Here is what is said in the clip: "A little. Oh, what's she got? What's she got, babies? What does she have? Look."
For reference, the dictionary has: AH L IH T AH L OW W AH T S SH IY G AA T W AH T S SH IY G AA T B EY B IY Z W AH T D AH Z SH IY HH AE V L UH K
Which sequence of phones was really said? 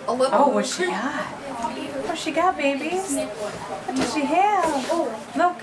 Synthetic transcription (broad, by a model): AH L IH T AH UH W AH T SH IY G AA T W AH SH IY G AA T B EY B IY W AH T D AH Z SH IY HH AE V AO UH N